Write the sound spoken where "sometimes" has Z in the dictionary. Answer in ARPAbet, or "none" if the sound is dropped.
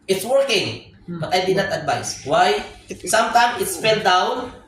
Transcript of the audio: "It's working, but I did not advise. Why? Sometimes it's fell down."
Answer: S